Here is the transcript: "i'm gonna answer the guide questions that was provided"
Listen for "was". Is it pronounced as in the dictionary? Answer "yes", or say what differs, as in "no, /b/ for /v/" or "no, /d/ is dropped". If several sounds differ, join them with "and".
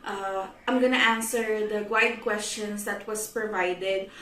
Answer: no, /s/ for /z/